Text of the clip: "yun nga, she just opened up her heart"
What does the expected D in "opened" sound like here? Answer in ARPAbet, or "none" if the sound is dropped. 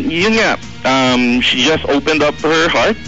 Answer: D